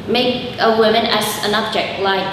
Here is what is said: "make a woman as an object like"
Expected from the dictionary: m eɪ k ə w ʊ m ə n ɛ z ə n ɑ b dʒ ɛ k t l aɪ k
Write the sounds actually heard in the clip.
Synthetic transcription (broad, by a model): m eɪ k ə w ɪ m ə n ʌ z ə n ɑ b dʒ ɛ k t l aɪ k